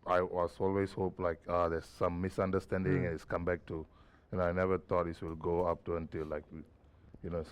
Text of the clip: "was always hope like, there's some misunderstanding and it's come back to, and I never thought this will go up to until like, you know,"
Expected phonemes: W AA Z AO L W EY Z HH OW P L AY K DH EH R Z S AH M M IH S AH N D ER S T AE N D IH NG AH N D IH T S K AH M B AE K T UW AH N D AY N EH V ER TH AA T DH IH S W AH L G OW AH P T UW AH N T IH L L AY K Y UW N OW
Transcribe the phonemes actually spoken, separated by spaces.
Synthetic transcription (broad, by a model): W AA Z AO L W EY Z HH OW P L AY K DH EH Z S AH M M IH S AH N D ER S T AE N D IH NG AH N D IH T S K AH M B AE K T UW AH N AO AY N EH V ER T AA T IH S W AH L G OW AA P T UW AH N T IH L L AY K Y UW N OW